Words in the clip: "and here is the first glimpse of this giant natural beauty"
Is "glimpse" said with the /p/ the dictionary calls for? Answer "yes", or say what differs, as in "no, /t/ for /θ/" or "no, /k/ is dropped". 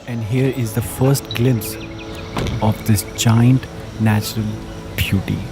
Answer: no, /p/ is dropped